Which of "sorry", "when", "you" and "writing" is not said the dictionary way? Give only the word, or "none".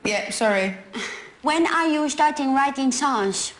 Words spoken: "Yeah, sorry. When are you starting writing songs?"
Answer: none